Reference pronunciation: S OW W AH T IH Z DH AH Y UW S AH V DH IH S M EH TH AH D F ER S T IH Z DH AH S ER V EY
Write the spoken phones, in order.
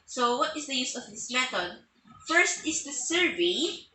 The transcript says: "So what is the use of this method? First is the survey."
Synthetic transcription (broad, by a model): S OW W AH T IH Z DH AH Y UW S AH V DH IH S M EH T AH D F ER S T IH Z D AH S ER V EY